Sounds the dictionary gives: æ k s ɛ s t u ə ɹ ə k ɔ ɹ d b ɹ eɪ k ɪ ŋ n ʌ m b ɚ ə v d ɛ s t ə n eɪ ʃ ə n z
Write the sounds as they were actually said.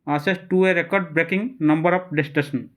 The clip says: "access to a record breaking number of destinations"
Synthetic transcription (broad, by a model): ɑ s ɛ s t u ə ɹ ə k ɔ ɹ d b ɹ eɪ k ɪ ŋ n ʌ m b ɚ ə p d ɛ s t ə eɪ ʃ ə n